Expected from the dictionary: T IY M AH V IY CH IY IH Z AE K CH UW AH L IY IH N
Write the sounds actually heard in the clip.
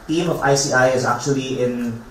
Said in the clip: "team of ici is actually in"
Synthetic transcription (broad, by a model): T IY M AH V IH S IY IH Z AE K CH UW AH L IY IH N